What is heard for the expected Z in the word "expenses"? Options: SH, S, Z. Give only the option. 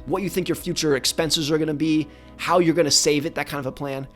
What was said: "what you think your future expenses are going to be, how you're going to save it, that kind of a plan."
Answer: Z